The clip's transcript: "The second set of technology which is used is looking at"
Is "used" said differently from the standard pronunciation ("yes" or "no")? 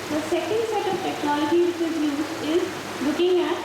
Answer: yes